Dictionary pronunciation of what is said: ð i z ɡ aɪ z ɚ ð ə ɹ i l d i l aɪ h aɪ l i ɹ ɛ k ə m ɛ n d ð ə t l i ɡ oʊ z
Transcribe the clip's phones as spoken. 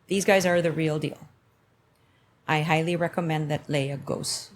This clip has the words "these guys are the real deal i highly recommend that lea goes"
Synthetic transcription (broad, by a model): ð i z ɡ aɪ z ɚ ð ə ɹ i l d i l aɪ h aɪ l i ɹ ɛ k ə m ɛ n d ð ə t l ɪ ɡ oʊ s